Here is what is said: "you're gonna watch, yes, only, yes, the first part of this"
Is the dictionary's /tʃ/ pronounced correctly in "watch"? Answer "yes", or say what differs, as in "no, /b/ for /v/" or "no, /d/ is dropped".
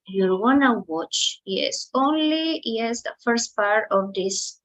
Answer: yes